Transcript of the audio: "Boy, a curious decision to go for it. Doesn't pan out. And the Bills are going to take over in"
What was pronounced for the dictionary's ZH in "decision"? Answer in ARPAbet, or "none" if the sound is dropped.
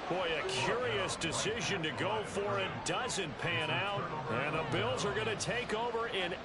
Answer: ZH